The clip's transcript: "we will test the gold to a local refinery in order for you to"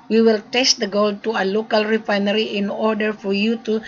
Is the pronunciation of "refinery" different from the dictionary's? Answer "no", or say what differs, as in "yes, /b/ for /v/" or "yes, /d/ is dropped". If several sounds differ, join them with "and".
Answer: no